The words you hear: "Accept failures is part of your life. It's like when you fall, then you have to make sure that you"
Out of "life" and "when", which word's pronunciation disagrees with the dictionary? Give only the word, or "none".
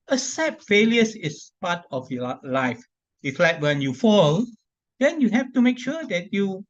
none